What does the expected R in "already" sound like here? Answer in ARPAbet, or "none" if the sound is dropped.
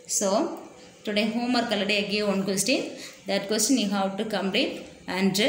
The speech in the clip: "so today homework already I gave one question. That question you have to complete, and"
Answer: none